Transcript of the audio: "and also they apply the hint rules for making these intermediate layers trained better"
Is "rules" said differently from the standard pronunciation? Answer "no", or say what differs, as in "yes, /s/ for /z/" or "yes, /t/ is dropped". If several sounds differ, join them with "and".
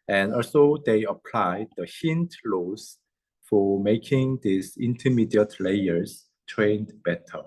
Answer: yes, /l/ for /ɹ/ and /l/ is dropped